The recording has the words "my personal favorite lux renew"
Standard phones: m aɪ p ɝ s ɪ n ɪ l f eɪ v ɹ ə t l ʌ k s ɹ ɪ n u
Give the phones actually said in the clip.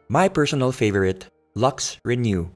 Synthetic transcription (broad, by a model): m aɪ p ɝ s ɪ n ɪ l f eɪ v ɹ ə t l ʌ k s ɹ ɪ n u